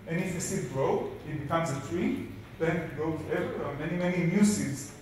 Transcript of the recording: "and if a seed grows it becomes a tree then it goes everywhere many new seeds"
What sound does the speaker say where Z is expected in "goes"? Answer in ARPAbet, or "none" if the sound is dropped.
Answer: none